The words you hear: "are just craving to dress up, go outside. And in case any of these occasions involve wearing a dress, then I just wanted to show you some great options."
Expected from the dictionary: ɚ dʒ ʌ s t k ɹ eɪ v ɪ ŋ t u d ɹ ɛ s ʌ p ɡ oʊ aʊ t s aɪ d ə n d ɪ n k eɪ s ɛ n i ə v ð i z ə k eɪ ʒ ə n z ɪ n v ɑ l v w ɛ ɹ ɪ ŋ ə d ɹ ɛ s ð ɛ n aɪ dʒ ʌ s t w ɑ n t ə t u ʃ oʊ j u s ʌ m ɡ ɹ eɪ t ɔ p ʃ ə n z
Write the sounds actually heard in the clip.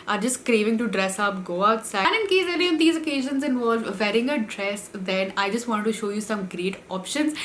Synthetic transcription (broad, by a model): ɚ dʒ ʌ s t k ɹ eɪ v ɪ ŋ t u d ɹ ɛ s ʌ p ɡ oʊ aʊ t s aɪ ə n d ɪ n k eɪ s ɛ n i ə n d i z ə k eɪ ʒ ə n z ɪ n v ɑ l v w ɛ ɹ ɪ ŋ ə d ɹ ɛ s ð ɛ n aɪ dʒ ʌ s t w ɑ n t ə t u ʃ oʊ j u s ʌ m ɡ ɹ eɪ t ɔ p ʃ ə n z